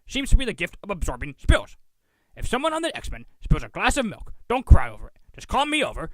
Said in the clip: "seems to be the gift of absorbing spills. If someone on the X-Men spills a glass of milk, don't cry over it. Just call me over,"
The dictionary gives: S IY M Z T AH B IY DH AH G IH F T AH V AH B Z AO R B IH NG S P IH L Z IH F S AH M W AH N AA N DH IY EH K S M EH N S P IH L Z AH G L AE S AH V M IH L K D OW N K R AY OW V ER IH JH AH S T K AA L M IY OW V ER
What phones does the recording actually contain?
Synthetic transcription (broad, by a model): S IY M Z T AH B IY DH AH G IH F T AH V AH B Z AO R B IH NG S P IH L Z IH F S AH M W AH N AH N DH IY EH K S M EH N S P IH L Z AH G L AE S AH V M IH L K D OW N K R AY OW V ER IH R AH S K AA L M IY OW V ER